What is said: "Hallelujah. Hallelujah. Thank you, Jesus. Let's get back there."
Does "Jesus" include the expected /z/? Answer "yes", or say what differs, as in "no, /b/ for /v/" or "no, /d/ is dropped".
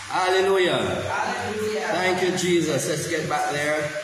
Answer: yes